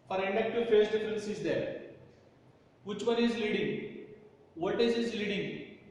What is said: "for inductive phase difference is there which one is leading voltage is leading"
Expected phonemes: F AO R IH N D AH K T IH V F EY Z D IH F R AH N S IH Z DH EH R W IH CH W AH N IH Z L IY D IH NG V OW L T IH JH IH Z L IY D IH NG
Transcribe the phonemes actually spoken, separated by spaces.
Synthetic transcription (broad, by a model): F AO R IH N D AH K T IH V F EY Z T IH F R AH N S IH Z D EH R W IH CH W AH N IH Z L IY D IH NG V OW T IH Z IH Z L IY D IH NG